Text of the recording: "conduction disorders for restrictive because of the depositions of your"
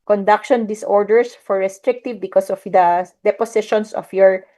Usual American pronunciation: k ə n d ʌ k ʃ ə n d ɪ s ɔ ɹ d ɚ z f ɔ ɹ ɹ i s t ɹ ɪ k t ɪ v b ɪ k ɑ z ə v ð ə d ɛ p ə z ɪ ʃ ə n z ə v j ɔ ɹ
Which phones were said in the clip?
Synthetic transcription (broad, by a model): k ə n d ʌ k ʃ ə n d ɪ s ɔ ɹ d ɚ s f ɔ ɹ ɹ i s t ɹ ɪ k t ɪ v b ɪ k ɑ s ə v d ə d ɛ p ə s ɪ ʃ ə n s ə f j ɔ ɹ